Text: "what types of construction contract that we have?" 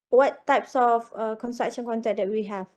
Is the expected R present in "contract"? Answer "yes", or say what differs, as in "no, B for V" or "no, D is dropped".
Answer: no, R is dropped